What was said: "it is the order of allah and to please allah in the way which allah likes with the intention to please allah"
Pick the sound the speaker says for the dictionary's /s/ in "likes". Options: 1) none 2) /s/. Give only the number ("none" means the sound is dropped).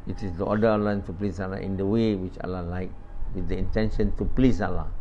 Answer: 1